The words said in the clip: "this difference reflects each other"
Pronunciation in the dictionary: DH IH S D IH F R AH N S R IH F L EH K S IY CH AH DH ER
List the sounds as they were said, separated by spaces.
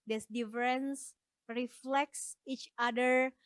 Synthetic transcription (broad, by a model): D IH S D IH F R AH N S R IH F L EH K S IY CH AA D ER